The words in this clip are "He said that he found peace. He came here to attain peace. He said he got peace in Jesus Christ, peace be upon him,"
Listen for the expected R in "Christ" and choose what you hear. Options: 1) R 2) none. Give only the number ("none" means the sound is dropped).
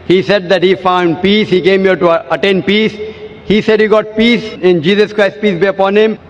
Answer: 1